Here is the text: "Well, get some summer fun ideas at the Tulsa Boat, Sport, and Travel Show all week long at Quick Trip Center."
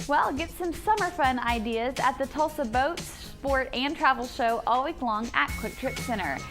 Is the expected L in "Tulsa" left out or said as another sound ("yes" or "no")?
no